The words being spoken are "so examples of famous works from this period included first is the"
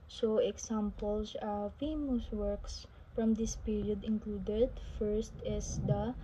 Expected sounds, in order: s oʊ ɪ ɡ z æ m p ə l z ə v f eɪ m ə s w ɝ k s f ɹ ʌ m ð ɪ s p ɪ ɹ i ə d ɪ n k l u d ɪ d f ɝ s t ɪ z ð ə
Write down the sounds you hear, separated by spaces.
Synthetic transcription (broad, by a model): s oʊ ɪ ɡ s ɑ m p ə l s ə f eɪ m ə s w ɝ k s f ɹ ʌ m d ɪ s p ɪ ɹ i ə d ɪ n k l u d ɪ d f ɝ s t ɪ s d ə